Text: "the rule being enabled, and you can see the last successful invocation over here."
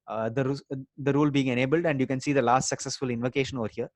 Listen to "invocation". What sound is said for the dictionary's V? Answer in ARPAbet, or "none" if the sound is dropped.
V